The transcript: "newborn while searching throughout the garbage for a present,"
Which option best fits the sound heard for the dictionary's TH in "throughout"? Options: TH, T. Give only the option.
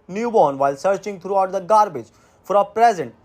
T